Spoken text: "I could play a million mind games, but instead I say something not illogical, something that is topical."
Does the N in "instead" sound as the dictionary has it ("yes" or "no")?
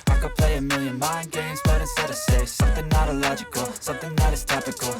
no